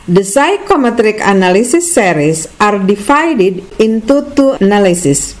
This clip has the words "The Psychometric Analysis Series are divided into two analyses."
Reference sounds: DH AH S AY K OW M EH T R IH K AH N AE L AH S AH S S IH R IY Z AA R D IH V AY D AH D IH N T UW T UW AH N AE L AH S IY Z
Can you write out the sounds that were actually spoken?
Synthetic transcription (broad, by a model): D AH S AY K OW M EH T R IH K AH N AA L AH S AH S S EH R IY S AA R D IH F AY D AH D IH N T UW T UW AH N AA L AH S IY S